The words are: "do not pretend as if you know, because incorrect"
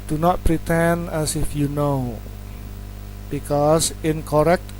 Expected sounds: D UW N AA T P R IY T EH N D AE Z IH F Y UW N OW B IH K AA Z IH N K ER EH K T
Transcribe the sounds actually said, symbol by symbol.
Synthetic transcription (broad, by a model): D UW N AA T P R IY T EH N AE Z IH F Y UW N OW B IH K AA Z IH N K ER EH K T